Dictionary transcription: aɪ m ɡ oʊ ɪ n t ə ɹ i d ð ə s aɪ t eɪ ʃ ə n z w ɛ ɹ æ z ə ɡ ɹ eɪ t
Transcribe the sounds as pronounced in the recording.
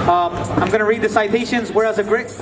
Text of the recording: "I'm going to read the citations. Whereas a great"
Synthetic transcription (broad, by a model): aɪ m ɡ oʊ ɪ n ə ɹ i d ð ə s aɪ t eɪ ʃ ə n z w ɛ ɹ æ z ə ɡ ɹ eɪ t